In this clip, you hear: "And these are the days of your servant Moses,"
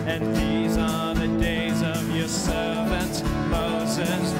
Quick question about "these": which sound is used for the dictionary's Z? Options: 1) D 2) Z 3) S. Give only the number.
2